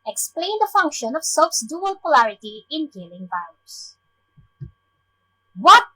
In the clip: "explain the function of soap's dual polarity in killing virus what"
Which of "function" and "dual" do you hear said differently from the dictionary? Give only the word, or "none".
none